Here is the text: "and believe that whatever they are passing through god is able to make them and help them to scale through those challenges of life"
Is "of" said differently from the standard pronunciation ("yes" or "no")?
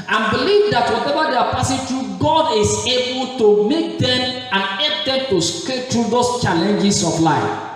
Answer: yes